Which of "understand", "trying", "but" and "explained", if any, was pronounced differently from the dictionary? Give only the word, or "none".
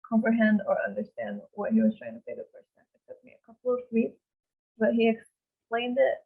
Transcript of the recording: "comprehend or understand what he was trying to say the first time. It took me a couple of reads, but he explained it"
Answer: none